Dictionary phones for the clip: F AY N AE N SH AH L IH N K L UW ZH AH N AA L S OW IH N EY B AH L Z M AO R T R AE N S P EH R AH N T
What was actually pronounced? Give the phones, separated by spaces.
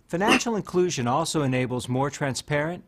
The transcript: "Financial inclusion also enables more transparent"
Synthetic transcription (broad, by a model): F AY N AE N SH L IH N K L UW ZH AH N AA L S OW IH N EY B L Z M AO R T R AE N S P EH R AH N T